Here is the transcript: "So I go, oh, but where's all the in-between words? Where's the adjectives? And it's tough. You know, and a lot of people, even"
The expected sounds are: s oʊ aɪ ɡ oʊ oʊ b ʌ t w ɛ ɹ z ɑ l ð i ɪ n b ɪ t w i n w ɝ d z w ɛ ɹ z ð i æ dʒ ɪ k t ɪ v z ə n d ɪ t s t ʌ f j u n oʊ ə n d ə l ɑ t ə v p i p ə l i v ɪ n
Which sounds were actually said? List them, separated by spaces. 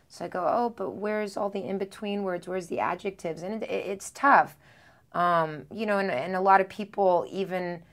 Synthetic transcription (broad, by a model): s oʊ aɪ ɡ oʊ oʊ b ʌ t w ɛ ɹ z ɑ l ð i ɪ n b ɪ t w i n w ɝ d z w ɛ ɹ z ð i æ dʒ ɪ k t ɪ v z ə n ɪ ɪ t s t ʌ f j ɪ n oʊ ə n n ə l ɑ t ə v p i p l i v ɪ n